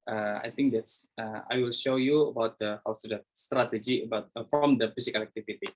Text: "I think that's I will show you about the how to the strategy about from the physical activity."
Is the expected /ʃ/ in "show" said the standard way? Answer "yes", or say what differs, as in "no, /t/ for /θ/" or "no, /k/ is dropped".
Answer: yes